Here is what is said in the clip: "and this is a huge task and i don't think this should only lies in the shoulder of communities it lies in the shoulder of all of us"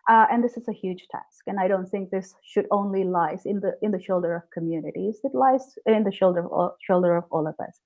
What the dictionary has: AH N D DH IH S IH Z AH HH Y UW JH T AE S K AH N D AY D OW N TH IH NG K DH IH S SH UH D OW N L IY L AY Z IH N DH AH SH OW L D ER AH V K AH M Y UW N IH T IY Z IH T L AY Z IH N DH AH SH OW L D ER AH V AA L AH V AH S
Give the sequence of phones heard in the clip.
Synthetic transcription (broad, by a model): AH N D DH IH S IH Z AH HH Y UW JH T AE S K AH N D AY D OW N TH IH NG K DH IH S SH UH D OW N L IY L AY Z IH N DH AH SH OW L D ER AH V K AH M Y UW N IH T IY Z IH T L AY Z IH N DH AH SH OW L D ER AH V AA L AH V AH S